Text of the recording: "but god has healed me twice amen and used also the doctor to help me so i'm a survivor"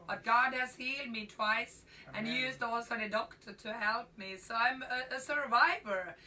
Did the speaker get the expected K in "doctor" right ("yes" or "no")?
yes